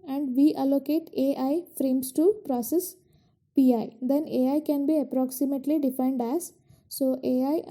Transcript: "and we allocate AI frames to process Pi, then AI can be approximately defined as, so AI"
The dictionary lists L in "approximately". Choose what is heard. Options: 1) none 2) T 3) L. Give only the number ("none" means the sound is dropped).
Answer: 3